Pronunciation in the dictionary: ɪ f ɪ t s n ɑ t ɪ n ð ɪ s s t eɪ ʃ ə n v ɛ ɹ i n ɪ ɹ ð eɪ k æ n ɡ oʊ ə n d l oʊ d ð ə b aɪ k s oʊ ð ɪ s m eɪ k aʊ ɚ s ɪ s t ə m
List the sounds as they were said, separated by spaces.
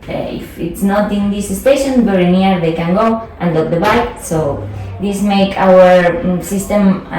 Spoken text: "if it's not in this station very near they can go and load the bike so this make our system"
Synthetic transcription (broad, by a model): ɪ f ɪ t s n ɑ t ɪ n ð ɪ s s t eɪ ʃ ə n b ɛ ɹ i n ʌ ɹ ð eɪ k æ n ɡ oʊ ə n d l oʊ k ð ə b aɪ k s oʊ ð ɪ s m eɪ k aʊ ɚ s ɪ s t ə m